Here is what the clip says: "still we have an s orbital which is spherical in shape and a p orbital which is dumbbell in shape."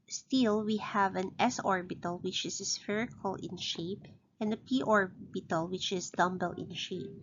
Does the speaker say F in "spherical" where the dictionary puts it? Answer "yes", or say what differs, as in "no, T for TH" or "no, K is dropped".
yes